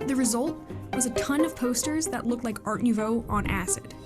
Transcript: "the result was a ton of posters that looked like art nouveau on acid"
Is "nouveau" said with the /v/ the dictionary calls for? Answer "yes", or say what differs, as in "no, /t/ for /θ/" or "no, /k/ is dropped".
yes